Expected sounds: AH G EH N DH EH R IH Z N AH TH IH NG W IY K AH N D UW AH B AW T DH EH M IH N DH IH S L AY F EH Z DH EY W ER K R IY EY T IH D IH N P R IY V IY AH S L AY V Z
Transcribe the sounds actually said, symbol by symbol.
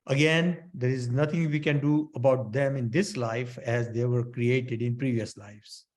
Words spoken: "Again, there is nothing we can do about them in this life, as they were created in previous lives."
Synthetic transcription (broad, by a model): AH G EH N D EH R IH Z N AH T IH NG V IY K AH N D UW AH B AW T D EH M IH N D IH S L AY F EH Z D EY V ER K R IY EY T IH D IH N P R IY V IY AH S L AY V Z